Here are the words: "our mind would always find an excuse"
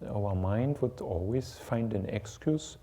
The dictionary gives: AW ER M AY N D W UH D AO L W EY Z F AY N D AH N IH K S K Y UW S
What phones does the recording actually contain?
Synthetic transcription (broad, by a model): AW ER M AY N D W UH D AO L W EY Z F AY N D AH N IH K S K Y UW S